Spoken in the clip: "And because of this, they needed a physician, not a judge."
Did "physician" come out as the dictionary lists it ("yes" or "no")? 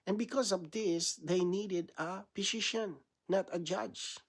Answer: no